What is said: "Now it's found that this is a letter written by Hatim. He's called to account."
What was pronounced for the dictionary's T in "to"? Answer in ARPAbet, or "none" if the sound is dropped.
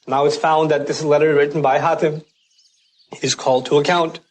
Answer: T